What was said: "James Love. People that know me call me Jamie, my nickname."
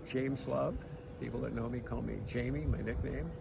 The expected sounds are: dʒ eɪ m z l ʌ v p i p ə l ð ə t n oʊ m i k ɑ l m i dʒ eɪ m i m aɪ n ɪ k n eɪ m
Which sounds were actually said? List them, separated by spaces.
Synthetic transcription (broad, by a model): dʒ eɪ m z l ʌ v p i p l ð ə t n oʊ m i k ɑ l m i dʒ eɪ m i m aɪ n ɪ k n eɪ m